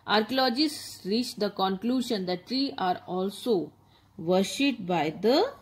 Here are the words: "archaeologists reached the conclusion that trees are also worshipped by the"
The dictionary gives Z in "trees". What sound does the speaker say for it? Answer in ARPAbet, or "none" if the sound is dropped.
none